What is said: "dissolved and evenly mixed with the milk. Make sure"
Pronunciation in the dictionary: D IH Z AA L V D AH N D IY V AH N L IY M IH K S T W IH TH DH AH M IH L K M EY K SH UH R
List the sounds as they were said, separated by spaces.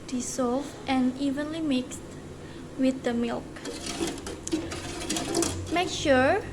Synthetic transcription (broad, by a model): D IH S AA L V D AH N IY V AH N L IY M IH K S T W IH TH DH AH M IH L K M EY K SH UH R